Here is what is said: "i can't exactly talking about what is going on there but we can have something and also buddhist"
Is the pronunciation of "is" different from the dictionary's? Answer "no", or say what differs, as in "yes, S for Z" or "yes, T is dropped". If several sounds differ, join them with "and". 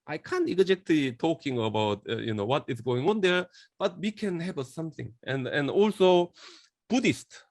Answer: yes, S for Z